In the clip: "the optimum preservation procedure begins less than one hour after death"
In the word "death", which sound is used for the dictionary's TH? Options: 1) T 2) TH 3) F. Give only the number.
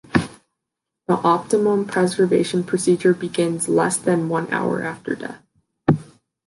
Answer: 2